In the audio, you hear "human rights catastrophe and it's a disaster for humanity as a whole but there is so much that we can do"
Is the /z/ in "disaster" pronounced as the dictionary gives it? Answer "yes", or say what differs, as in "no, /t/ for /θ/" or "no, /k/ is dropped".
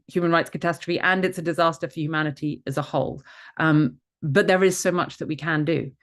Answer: yes